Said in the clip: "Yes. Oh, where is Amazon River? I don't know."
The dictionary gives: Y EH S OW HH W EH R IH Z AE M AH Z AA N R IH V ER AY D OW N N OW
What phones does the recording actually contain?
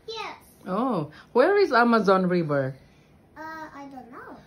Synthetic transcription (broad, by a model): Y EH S OW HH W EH R IH Z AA M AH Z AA N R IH B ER AY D OW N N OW